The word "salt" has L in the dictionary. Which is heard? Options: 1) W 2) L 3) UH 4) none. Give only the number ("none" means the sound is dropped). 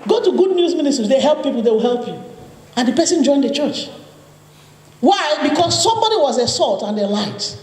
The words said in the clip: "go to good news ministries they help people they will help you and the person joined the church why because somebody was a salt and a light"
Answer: 2